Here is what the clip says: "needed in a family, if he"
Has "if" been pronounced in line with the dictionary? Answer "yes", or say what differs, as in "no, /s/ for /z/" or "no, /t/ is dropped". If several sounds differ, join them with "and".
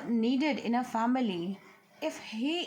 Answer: yes